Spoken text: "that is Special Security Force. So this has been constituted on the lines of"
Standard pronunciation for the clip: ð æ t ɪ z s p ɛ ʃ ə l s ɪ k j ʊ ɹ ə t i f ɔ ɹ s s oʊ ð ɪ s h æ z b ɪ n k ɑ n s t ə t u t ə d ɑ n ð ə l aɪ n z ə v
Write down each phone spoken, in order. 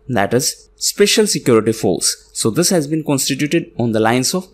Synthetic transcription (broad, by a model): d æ t ɪ z s p ɛ ʃ ə l s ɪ k j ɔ ɹ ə t i f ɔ l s s oʊ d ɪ s h æ z b ɪ n k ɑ n s t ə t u t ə d ɑ n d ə l aɪ n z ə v